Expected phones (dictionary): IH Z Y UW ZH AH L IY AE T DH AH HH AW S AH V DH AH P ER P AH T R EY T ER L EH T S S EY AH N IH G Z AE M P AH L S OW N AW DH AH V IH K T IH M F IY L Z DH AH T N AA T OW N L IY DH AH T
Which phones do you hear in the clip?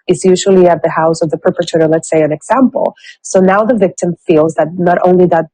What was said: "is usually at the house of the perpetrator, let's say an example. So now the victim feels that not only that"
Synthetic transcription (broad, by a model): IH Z Y UW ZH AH L IY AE T DH AH HH AW S AH V DH AH P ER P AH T EY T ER L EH T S S EY AH N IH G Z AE M P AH L S OW N AW DH AH V IH K T IH M F IY L Z DH AH T N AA T OW N L IY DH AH T